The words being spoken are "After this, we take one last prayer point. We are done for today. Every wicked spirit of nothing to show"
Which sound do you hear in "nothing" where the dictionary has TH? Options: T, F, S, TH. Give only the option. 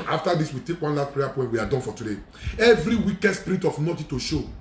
T